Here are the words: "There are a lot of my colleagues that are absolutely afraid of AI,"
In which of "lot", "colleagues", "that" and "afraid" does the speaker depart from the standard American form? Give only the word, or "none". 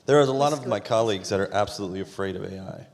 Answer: none